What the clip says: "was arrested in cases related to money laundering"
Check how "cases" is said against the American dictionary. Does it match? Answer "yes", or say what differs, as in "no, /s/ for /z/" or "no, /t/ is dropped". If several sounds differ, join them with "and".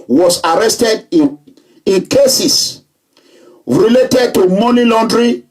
no, /s/ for /z/